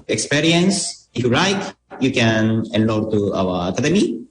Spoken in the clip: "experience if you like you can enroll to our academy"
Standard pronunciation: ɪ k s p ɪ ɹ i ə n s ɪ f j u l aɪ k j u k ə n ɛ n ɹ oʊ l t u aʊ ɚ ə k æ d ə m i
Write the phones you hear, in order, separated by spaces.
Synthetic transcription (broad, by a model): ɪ k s p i ɹ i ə n s ɪ f j u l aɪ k j u k ə n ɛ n l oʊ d t u aʊ ɚ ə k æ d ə m i